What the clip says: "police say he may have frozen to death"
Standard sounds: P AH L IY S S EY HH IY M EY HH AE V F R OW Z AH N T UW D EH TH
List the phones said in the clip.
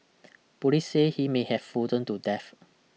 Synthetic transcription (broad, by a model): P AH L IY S S EY HH IY M EY HH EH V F OW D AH N T UW D EH F